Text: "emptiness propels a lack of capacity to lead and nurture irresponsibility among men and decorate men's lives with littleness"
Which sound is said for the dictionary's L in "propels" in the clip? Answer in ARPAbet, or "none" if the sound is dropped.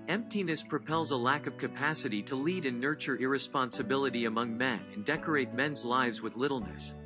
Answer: L